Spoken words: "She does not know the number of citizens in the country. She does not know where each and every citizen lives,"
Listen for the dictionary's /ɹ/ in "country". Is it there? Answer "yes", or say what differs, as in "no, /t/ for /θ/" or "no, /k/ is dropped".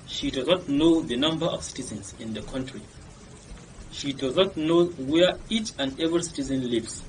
yes